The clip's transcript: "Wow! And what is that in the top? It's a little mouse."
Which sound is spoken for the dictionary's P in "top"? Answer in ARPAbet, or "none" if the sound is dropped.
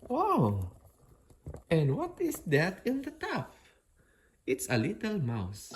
F